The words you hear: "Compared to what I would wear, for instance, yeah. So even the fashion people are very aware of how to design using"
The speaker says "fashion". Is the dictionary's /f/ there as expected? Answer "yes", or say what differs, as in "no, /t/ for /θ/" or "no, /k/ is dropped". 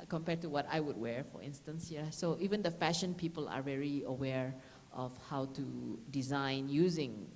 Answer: yes